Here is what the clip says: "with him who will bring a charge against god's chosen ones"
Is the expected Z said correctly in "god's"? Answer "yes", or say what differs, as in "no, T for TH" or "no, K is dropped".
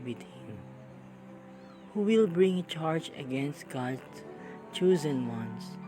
no, Z is dropped